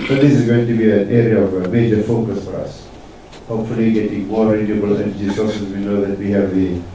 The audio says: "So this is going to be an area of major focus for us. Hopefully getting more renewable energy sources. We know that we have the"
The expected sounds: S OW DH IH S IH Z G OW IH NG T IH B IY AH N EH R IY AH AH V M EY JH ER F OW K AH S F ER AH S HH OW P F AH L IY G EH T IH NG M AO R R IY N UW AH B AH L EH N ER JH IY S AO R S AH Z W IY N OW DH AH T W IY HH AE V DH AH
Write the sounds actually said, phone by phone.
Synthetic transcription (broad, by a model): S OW DH IH S IH Z G OW IH NG T IH B IY AH N EH R IY AH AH V M EY JH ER F OW K AH S F ER AH S HH OW P F AH L IY G EH T IH NG M AO R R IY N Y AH B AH L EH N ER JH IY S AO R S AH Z W IY N OW DH AH T W IY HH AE V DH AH